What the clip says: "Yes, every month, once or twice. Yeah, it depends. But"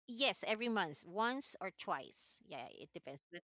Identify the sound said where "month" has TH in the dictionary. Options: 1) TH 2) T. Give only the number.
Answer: 1